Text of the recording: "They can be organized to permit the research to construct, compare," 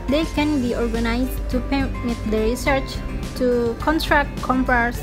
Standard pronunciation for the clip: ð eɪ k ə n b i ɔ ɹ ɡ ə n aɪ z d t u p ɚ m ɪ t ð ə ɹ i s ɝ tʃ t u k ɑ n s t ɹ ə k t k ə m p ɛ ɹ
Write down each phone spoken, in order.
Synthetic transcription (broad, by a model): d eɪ k ə n b i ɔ ɹ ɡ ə n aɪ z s t u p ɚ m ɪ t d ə ɹ i s ɝ tʃ t u k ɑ n t ɹ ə k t k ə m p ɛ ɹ